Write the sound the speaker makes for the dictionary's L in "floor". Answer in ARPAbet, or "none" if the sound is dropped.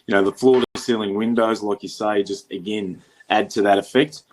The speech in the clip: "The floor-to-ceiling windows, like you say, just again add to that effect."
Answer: L